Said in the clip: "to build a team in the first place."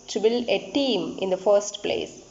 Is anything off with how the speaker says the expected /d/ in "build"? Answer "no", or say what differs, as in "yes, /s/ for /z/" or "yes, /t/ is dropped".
yes, /d/ is dropped